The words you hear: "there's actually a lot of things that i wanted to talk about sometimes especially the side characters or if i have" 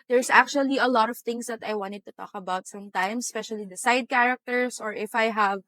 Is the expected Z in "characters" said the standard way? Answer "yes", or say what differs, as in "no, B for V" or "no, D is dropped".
no, S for Z